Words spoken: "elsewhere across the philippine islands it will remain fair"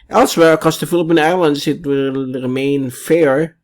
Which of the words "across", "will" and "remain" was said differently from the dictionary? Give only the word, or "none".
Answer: across